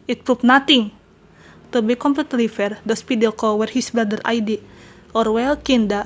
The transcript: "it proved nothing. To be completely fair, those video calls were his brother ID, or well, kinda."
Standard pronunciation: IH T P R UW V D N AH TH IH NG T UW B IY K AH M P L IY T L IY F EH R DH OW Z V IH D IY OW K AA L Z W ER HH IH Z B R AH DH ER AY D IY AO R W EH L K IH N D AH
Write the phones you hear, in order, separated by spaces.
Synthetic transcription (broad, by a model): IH T P R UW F N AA T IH NG T UW B IY K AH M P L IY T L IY F EH R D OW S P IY D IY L K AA W ER HH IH S B R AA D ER AY D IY AO R W EH L K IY N D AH